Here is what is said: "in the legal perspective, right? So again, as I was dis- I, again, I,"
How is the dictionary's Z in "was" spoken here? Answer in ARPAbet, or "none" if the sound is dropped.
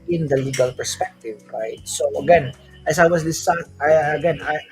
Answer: S